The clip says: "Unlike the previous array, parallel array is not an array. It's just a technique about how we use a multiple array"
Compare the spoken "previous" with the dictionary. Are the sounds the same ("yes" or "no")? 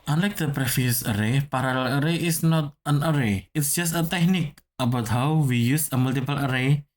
no